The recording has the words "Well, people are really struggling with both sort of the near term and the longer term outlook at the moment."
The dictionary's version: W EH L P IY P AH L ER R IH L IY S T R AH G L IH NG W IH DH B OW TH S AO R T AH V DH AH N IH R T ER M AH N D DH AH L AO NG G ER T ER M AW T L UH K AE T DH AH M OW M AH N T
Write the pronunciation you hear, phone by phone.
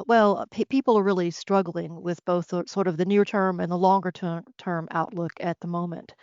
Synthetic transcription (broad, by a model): W EH L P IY P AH L ER R IH L IY S T R AH G L IH NG W IH DH B OW TH S AO R T AH V DH AH N IH R T ER M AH N DH AH L AO NG G ER T ER M AW T L UH K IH T DH AH M OW M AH N T